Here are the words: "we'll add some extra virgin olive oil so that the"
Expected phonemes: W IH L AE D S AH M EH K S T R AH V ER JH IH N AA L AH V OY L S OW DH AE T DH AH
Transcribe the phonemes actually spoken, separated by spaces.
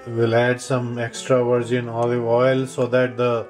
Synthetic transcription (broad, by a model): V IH L AE D S AH M EH K S T R AH V ER JH IH N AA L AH IH L S OW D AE T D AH